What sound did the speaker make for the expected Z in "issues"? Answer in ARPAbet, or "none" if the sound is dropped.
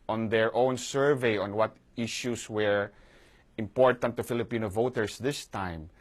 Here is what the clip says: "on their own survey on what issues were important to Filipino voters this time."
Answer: S